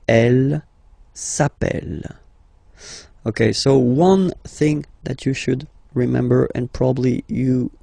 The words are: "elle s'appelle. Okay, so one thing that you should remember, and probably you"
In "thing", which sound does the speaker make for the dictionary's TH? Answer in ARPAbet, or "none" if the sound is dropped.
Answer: TH